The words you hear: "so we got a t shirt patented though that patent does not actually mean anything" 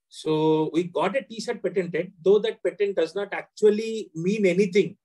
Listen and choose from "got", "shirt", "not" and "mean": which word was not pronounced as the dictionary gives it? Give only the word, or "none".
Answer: shirt